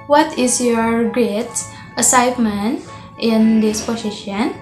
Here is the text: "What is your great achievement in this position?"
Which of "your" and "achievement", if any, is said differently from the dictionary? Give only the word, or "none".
achievement